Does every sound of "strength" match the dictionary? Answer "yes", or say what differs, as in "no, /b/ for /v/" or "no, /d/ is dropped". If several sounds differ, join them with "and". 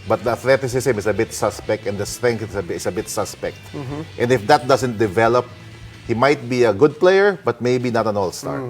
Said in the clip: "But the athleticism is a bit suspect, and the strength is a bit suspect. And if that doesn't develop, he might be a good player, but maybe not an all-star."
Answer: no, /s/ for /θ/